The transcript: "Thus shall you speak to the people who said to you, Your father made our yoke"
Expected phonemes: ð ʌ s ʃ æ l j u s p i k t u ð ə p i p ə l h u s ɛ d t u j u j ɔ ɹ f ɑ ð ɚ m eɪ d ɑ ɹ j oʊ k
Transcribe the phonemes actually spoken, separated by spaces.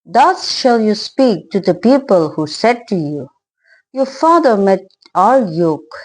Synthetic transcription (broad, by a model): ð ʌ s ʃ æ l j u s p i k t u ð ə p i p ə l h u s ɛ d t u j u j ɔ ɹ f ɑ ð ɚ m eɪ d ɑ l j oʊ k